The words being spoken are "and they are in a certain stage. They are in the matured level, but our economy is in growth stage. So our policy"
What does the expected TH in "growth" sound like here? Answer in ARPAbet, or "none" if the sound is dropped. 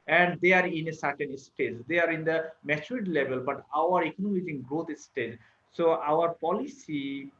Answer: T